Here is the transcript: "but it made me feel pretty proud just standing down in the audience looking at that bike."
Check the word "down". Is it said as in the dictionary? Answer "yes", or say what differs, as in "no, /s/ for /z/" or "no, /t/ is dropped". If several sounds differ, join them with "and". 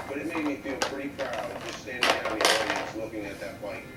no, /n/ is dropped